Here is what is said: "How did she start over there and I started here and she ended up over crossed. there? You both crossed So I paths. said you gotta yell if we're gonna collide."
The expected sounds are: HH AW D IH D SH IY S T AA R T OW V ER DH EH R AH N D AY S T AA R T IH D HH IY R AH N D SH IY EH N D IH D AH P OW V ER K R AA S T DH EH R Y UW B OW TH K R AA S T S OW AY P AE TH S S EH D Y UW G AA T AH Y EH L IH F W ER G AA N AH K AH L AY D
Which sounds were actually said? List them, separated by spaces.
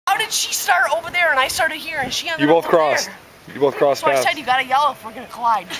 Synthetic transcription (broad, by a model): HH AW D IH D SH IY S T AA R T OW V ER DH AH R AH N AY S T AA R T IH D HH IY R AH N SH IY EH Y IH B OW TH K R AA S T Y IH B OW TH K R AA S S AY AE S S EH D Y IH G AA T AH Y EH L IH F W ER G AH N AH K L AY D